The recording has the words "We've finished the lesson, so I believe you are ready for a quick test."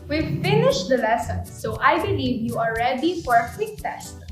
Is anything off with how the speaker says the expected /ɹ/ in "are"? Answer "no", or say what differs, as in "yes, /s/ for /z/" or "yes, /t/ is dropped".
yes, /l/ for /ɹ/